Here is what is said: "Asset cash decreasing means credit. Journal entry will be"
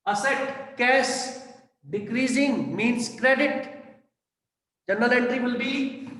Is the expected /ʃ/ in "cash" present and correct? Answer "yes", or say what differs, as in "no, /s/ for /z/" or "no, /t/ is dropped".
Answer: no, /s/ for /ʃ/